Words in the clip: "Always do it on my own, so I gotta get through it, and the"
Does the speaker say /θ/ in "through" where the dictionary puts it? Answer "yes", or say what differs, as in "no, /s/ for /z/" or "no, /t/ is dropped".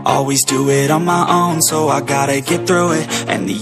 yes